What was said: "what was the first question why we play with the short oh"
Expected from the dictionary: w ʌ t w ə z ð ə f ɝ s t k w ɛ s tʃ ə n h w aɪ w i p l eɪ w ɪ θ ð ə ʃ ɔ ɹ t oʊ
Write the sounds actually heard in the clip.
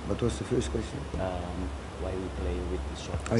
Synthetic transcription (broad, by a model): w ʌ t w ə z ð ə f ɝ s t k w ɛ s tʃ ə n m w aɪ w i p l eɪ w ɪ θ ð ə s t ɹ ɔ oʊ